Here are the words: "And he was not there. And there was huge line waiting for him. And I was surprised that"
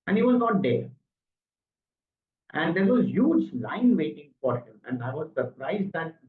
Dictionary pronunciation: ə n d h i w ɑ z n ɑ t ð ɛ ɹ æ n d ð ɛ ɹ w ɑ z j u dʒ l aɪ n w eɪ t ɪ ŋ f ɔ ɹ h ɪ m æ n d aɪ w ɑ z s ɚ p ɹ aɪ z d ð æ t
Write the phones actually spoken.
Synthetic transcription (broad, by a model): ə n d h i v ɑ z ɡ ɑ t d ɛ ɹ æ n d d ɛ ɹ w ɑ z j u dʒ l aɪ n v eɪ t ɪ ŋ f ɔ ɹ h ɪ m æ n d aɪ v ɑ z s ɚ p ɹ aɪ z d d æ t